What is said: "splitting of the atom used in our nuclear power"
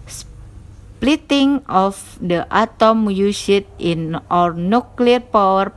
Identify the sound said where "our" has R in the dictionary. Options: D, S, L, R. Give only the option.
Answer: R